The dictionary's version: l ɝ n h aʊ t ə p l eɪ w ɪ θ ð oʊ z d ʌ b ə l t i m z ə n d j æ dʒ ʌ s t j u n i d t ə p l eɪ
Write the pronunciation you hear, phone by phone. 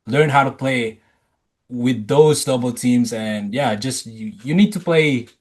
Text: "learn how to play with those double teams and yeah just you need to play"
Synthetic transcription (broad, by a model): l ɝ n h aʊ t ə p l eɪ w ɪ ð oʊ z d ʌ b l t i m z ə n j æ dʒ ʌ s t j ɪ n i d t ə p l eɪ